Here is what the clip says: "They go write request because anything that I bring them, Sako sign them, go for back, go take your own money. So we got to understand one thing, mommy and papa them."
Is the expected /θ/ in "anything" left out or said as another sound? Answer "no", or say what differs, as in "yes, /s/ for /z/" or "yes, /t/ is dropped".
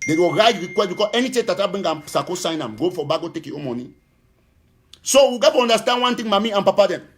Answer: yes, /t/ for /θ/